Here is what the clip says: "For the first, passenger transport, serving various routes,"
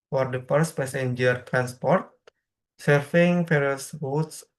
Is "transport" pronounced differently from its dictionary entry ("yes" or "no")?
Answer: no